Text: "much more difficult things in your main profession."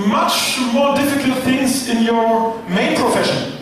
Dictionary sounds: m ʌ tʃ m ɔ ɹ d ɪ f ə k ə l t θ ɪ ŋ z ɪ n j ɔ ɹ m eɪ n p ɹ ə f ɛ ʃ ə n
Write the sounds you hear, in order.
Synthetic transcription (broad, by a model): m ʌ tʃ m ɔ ɹ d ɪ f ə k ə l t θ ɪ ŋ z ɪ n j ɔ ɹ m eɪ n p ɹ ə f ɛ ʃ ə n